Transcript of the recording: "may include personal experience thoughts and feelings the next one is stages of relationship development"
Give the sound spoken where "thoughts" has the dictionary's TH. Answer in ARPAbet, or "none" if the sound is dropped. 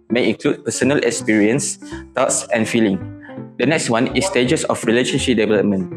T